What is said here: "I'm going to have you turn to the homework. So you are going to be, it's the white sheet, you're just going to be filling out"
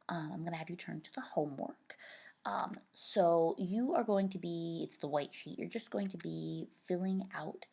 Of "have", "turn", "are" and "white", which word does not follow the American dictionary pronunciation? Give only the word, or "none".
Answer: none